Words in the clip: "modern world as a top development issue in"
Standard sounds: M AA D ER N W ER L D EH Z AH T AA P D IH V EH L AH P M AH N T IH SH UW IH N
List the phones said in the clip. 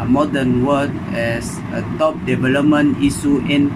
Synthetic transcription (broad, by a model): M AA D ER N W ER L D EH S AH T AA P D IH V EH L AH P M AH N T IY S UW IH N